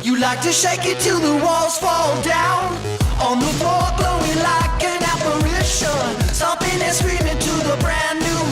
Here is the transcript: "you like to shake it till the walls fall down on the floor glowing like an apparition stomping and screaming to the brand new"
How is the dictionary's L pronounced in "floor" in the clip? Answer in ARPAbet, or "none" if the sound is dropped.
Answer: none